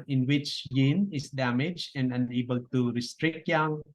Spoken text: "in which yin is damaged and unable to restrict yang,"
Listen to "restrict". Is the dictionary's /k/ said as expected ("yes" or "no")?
yes